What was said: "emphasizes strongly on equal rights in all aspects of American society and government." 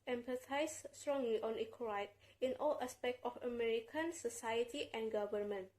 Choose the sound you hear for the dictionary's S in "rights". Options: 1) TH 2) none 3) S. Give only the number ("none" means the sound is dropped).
2